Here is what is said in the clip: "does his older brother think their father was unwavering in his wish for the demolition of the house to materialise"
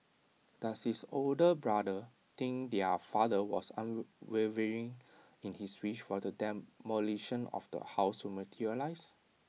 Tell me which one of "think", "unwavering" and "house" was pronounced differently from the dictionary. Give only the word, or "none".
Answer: think